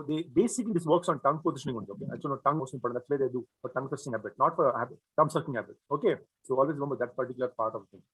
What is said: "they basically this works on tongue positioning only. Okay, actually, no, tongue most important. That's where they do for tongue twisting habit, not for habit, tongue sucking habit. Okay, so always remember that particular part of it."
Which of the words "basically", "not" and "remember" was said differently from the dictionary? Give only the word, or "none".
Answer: basically